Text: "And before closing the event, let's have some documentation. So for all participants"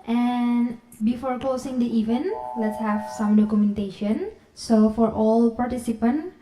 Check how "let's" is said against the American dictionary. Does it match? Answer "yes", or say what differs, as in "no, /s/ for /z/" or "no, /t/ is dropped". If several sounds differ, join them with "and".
yes